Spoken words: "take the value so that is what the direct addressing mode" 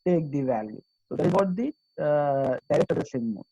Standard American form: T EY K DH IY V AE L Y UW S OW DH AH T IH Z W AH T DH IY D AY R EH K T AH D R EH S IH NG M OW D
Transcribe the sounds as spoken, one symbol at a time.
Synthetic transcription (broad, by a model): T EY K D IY V AE L Y UW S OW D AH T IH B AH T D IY D AY R EH K T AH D AH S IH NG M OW